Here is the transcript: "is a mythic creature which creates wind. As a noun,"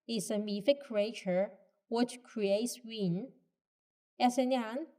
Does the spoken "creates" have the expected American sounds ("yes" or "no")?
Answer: yes